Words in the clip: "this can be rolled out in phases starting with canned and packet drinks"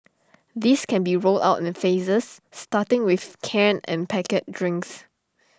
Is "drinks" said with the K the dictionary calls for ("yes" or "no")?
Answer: yes